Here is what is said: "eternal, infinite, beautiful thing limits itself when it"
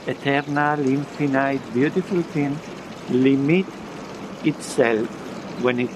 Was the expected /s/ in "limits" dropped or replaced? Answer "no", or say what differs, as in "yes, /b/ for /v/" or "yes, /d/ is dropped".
yes, /s/ is dropped